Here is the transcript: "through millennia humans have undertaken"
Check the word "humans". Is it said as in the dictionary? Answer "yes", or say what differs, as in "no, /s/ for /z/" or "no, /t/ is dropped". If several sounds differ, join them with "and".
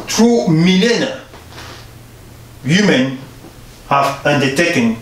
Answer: no, /z/ is dropped